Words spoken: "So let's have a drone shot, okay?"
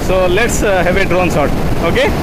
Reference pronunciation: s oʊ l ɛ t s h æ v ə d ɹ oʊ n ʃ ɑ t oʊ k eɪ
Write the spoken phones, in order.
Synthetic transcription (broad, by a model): s oʊ l ɛ t s h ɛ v ə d ɹ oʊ n s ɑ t oʊ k eɪ